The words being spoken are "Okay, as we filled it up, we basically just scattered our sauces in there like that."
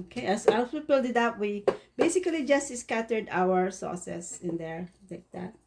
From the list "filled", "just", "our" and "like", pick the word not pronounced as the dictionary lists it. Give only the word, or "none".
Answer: filled